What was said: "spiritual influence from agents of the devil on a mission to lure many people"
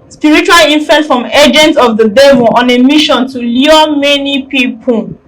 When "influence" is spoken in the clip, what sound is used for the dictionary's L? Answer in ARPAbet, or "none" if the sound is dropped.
none